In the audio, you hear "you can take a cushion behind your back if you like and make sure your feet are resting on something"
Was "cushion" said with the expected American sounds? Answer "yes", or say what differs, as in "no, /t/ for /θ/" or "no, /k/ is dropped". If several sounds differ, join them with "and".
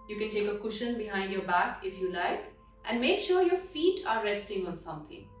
yes